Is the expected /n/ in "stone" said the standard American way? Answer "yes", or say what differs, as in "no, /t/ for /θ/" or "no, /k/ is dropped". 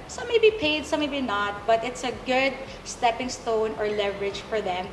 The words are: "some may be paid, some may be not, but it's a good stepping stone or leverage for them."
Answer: yes